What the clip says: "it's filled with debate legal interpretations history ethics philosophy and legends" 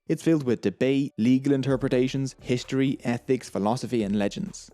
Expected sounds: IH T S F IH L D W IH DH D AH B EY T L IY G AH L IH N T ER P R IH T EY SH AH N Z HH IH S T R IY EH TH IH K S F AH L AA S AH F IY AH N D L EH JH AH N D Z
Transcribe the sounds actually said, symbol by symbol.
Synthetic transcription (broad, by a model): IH T S F IH L D W IH DH D AH B EY T L IY G AH L IH N T ER P R IH T EY SH AH N Z HH IH S T R IY EH TH IH K S F AH L AA S AH F IY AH N L EH JH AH N D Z